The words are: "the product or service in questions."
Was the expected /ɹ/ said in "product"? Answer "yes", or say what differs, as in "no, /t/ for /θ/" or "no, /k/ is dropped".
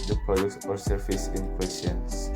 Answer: no, /ɹ/ is dropped